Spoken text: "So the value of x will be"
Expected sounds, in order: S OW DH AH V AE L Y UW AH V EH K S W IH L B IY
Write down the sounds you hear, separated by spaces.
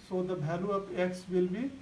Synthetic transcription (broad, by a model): S OW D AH B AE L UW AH P EH K S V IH L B IY